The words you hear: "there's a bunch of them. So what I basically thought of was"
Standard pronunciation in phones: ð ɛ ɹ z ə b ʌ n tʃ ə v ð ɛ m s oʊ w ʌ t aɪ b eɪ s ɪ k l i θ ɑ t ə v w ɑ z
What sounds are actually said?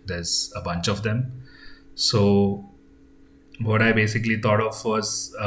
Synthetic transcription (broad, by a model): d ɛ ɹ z ə b ʌ n tʃ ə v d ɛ m s oʊ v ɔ t aɪ b eɪ s ɪ k l i t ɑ t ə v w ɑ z